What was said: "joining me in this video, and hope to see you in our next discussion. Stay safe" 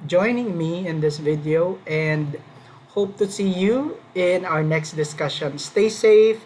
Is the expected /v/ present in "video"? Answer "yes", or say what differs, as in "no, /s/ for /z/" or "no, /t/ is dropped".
yes